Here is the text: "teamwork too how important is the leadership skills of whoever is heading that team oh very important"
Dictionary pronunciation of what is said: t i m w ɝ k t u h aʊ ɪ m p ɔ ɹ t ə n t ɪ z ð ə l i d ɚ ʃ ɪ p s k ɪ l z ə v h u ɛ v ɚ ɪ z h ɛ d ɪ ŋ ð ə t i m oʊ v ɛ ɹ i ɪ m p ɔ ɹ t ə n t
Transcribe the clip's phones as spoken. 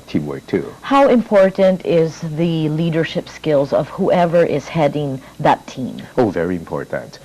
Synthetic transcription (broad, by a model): t i m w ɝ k t u h aʊ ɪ m p ɔ ɹ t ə n t ɪ z ð ə l i d ɚ ʃ ɪ p s k ɪ l z ə v h u ɛ v ɚ ɪ z h ɛ d ɪ ŋ ð ə t i m oʊ v ɛ ɹ i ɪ m p ɔ ɹ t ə n t